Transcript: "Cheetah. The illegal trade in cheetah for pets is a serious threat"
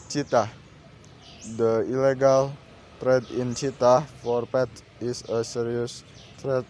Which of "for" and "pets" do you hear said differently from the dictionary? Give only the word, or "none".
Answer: pets